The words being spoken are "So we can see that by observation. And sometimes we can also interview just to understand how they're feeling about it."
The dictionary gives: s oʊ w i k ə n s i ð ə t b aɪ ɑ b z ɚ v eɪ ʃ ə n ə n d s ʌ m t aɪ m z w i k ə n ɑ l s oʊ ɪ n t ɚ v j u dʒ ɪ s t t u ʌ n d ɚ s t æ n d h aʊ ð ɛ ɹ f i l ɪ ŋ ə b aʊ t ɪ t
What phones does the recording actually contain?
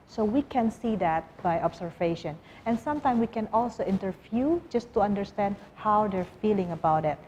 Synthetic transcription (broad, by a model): s oʊ w i k ə n s i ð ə t b aɪ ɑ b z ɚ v eɪ ʃ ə n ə n s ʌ m t aɪ m w i k ə n ɑ l s oʊ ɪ n t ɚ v j u dʒ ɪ s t t u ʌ n d ɚ s t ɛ n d h aʊ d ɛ ɹ f i l ɪ ŋ ə b aʊ t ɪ t